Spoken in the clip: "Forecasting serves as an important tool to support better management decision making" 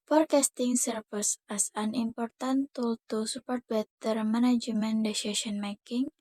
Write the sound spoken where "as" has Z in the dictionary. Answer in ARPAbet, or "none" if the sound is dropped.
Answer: S